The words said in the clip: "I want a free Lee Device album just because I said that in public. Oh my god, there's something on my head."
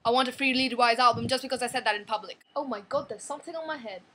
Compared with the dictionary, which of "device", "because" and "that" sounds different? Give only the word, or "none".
device